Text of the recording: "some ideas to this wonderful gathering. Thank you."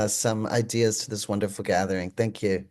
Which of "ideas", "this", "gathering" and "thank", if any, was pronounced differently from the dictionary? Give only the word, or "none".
none